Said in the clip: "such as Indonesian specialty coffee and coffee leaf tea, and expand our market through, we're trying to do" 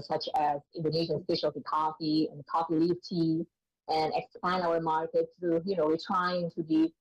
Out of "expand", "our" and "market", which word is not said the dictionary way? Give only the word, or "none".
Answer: expand